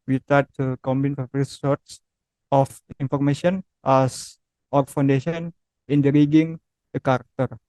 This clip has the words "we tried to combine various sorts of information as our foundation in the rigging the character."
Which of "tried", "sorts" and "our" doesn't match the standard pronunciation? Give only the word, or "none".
tried